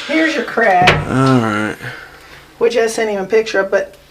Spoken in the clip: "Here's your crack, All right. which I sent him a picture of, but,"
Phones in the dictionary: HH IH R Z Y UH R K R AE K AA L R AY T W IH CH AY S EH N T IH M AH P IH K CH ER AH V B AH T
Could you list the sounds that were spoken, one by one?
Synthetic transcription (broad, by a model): HH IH R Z Y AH R K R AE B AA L R AY T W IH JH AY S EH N IH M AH P IH K CH ER AH P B AH T